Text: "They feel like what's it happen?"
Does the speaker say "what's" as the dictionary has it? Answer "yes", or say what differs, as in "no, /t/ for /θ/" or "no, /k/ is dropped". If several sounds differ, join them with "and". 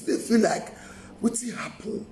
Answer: no, /s/ is dropped